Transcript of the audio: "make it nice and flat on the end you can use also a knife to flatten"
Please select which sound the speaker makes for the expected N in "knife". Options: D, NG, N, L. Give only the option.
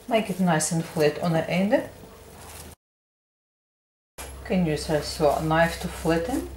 N